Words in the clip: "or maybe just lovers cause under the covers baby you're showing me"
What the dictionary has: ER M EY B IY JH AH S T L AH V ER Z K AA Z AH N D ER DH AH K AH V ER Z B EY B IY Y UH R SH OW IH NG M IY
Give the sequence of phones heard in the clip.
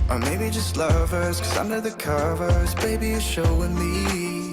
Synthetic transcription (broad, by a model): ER M EY B IY JH AH S T L AH V ER Z K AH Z AH N D ER DH AH K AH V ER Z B EY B IY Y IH SH OW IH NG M IY